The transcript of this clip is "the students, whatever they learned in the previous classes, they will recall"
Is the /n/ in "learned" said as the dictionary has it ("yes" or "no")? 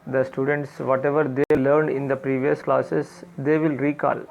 yes